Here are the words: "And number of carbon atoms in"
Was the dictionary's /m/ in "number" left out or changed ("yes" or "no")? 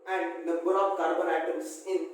yes